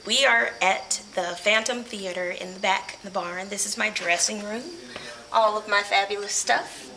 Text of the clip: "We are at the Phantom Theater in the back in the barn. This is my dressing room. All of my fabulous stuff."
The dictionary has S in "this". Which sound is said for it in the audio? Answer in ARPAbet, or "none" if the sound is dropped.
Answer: S